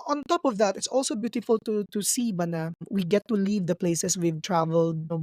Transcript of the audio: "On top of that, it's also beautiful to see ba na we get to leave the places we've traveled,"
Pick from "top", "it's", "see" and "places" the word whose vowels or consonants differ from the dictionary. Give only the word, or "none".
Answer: places